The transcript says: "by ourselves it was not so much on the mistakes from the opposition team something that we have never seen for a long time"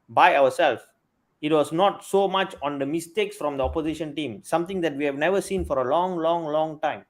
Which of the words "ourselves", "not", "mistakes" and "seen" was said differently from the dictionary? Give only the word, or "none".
ourselves